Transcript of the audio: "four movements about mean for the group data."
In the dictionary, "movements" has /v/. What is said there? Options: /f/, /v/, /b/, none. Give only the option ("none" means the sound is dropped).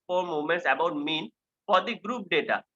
none